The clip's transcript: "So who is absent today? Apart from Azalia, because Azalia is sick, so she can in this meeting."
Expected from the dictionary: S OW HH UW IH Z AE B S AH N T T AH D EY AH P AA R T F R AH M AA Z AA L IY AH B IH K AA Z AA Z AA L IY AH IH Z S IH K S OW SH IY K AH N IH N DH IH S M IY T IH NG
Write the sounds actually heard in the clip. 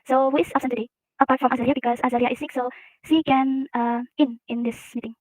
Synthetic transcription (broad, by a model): S OW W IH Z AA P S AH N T T AH D EY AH P AA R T F R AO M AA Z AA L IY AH B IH K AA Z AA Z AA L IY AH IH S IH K S OW S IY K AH N IH N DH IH S M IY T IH NG